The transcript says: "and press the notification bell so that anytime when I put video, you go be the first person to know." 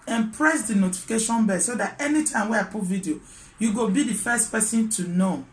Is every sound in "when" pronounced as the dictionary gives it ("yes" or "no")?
no